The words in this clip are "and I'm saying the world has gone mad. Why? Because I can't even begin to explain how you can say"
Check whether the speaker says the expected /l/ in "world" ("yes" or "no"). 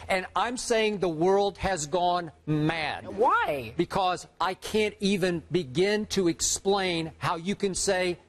yes